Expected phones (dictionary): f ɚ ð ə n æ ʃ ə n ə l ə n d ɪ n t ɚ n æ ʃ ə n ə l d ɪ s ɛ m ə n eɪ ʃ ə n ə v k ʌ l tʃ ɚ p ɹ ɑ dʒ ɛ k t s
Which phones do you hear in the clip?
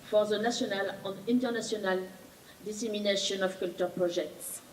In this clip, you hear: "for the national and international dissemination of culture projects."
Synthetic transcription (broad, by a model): f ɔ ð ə n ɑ s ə n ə l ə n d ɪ n t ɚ n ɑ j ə n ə l d ɪ s ɛ m ə n eɪ ʃ ə n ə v k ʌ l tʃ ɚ p ɹ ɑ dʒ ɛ k t s